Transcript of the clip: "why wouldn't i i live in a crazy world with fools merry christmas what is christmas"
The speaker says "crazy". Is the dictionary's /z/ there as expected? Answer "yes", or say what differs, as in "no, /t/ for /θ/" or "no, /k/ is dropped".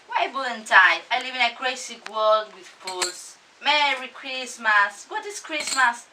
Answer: no, /s/ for /z/